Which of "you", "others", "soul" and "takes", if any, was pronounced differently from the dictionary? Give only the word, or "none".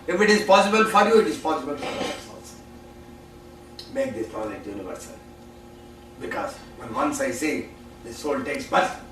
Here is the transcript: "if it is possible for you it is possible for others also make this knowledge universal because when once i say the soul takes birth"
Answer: others